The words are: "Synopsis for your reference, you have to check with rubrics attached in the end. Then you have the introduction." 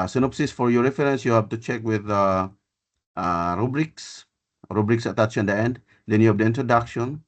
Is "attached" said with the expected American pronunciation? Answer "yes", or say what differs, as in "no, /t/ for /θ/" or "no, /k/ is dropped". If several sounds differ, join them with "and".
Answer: no, /s/ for /tʃ/